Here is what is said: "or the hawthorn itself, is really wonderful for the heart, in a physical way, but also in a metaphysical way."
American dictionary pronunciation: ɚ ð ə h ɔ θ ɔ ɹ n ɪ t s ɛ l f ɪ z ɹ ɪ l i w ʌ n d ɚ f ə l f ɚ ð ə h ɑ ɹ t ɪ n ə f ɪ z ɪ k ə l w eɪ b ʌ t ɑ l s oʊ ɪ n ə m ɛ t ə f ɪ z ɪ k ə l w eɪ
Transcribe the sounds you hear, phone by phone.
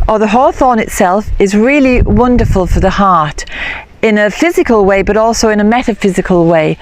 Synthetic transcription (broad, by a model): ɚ ð ə h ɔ θ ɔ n ɪ t s ɛ l f ɪ z ɹ ɪ l i w ʌ n d ɚ f ə l f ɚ ð ə h ɑ ɹ t ɪ n ə f ɪ z ɪ k ə l w eɪ b ʌ t ɑ l s oʊ ɪ n ə m ɛ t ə f ɪ z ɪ k ə l w eɪ